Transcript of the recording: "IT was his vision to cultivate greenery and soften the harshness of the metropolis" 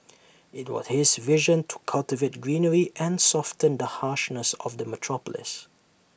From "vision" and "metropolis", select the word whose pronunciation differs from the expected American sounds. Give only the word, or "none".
none